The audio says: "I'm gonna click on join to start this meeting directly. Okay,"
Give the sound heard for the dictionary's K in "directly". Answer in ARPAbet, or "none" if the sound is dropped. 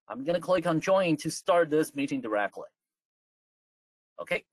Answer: K